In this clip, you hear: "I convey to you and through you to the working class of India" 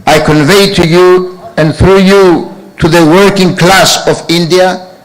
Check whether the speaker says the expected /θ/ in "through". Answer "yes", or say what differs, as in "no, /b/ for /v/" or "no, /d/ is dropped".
yes